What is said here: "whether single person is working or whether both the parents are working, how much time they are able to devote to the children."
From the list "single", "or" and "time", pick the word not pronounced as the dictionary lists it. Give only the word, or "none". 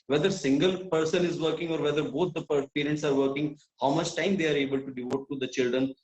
none